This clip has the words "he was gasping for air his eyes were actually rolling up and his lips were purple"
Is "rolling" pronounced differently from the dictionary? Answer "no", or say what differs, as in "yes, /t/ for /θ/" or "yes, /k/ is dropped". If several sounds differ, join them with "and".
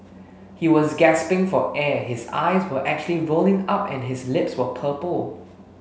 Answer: no